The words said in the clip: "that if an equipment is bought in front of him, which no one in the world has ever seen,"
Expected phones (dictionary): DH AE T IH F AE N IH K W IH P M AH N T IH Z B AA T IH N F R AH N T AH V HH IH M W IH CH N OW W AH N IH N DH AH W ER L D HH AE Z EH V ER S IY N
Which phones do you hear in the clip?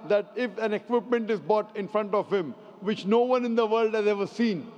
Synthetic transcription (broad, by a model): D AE T IH F AE N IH K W IH P M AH N T IH Z B AA T IH N F R AH N T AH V HH IH M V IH CH N OW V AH N IH N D AH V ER L D HH AE Z EH V ER S IY N